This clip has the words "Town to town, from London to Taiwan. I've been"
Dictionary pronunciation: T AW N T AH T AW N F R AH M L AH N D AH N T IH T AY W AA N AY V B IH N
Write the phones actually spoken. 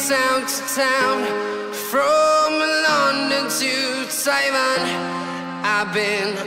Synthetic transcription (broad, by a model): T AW N T AH T AW N F R AH M L AH N D AH N T IH S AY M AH N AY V B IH N